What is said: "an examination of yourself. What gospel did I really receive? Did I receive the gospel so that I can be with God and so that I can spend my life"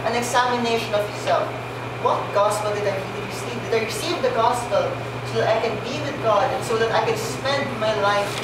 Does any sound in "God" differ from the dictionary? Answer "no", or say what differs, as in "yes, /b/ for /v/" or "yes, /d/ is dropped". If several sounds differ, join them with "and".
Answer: no